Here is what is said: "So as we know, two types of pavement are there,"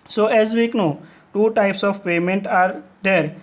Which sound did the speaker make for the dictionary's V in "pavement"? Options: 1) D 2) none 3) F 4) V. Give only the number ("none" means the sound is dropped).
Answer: 2